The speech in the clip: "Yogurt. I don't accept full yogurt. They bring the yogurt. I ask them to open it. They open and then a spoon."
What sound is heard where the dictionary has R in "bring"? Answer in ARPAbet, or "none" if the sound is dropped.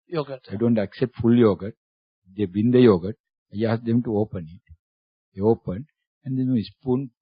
none